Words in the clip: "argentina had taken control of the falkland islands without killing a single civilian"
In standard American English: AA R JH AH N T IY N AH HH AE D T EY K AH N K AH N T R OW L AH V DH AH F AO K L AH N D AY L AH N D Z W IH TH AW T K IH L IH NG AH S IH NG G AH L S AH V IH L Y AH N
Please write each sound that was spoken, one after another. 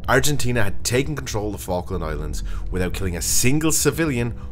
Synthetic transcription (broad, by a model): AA R JH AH N T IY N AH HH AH D T EY K AH N K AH N T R OW L AH V F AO K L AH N AY L AH N D Z W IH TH AW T K IH L IH NG AH S IH NG G AH L S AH V IH L Y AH N